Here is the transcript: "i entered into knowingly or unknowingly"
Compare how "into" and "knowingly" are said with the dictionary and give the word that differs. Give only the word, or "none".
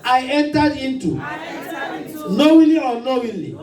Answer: knowingly